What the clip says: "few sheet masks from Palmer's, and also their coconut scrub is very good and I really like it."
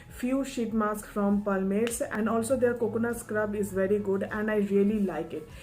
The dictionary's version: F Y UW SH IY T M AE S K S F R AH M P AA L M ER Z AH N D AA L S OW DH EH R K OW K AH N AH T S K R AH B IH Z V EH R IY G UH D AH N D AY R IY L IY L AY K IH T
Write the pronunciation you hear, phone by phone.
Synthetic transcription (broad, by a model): F Y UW SH IY T M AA S K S F R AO M P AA L M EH S AH N D AA L S OW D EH R K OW K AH N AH S K R AH B IH Z V EH R IY G UH D AH N D AY R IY L IY L AY K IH T